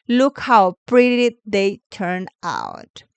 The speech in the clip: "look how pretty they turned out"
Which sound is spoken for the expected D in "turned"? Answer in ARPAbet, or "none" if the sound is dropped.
none